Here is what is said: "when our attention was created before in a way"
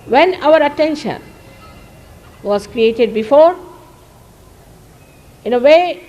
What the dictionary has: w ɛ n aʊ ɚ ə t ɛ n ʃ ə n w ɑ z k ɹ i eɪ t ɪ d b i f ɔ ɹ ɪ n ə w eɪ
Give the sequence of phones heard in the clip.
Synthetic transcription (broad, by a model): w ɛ n aʊ ɚ ə t ɛ n ʃ ə n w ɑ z k ɹ i eɪ t ɪ d b i f ɔ ɹ ɪ n ə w eɪ